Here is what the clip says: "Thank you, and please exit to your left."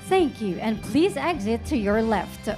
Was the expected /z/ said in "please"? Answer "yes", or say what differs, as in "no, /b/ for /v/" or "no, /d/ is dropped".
yes